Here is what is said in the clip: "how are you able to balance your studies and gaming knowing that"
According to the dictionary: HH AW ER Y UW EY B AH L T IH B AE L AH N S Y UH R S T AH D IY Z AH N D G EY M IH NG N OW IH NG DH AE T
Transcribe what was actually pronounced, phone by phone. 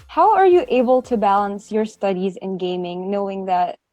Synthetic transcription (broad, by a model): HH AW ER Y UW EY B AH L T IH B AE L AH N S Y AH R S T AH D IY Z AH N G EY M IH NG N OW IH NG DH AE T